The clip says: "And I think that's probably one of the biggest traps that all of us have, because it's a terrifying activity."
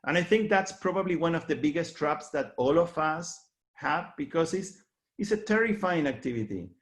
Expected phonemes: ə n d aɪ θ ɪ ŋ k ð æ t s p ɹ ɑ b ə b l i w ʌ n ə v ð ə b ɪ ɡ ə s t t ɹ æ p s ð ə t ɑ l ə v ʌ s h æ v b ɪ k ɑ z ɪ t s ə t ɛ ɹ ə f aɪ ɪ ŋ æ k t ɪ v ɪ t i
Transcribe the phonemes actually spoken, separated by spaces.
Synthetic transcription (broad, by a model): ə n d aɪ θ ɪ ŋ k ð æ t s p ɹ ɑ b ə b l i w ʌ n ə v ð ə b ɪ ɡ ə s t t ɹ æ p s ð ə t ɑ l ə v ʌ s h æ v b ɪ k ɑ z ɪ s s ə t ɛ ɹ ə f aɪ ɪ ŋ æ k t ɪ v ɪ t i